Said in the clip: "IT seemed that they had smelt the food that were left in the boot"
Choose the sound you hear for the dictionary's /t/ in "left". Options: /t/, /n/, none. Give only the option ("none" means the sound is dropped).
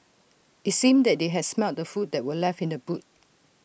none